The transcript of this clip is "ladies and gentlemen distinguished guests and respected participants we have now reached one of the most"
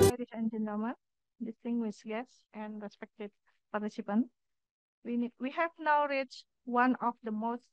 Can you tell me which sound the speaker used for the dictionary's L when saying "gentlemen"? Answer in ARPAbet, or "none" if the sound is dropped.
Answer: none